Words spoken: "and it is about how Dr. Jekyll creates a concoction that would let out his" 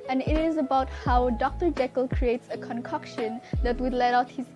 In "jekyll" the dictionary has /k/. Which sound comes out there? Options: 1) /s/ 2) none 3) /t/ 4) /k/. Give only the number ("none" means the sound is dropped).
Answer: 4